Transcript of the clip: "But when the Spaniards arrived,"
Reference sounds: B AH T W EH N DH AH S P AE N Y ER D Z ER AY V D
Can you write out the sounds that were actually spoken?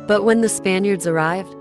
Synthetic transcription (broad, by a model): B AH T W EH N DH AH S P AE N Y ER D Z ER AY V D